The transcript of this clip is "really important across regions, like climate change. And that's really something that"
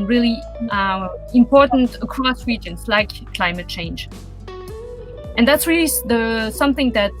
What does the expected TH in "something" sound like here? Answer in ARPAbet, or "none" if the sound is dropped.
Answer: TH